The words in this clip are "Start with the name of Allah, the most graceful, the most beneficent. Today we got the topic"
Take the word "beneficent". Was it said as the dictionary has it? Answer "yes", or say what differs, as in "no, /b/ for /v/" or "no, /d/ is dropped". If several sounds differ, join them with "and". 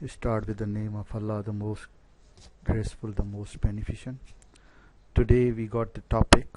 yes